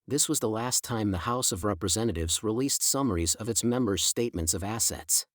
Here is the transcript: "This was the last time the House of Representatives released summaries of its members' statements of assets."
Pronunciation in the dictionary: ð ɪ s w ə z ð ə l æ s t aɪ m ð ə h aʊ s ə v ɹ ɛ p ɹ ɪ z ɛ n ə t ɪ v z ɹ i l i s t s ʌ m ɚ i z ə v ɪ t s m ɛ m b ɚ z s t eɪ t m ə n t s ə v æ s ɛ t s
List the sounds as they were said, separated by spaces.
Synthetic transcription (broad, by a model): ð ɪ s w ə z ð ə l æ s t aɪ m ð ə h aʊ s ə v ɹ ɛ p ɹ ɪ z ɛ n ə t ɪ v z ɹ i l i s t s ʌ m ɚ i z ə v ɪ t s m ɛ m b ɚ z s t eɪ t m ə n t s ə v æ s ɛ t s